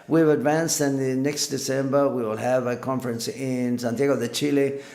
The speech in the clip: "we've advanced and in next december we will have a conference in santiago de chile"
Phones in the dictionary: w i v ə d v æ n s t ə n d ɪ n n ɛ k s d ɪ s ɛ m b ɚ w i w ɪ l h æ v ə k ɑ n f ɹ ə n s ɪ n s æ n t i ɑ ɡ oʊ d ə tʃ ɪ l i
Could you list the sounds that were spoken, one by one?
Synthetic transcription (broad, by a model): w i v ə d v æ n s t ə n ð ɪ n n ɛ k s d ɪ s ɛ m b ɚ w i w ɪ l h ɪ v ə k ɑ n f ɹ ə n s ɪ n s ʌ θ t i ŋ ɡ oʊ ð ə tʃ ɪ l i